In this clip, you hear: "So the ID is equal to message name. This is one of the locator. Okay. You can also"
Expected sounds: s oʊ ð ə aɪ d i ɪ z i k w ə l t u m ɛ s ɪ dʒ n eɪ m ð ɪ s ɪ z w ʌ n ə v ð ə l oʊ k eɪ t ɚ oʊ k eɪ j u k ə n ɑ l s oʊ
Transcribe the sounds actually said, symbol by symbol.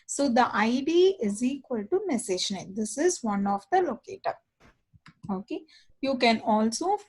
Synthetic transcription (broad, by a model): s oʊ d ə aɪ d i ɪ z i k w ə l t u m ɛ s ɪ ʃ n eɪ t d ɪ s ɪ z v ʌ n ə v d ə l oʊ k eɪ t ɚ oʊ k eɪ j u k ə n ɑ l s oʊ